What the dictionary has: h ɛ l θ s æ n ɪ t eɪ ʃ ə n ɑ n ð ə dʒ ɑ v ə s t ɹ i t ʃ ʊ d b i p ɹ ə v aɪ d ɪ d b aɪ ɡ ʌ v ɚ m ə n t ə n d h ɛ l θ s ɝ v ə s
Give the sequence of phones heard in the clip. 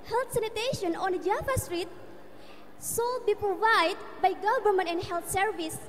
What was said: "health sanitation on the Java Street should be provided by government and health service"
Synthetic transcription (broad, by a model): h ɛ l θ s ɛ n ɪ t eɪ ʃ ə n ɑ n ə dʒ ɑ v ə s t ɹ i t s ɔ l b i p ɹ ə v aɪ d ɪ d b aɪ ɡ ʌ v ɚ m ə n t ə n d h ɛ l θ s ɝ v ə s